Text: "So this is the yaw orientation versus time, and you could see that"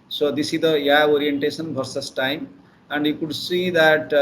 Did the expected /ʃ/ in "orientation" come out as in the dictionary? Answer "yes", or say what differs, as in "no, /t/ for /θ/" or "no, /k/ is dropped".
no, /s/ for /ʃ/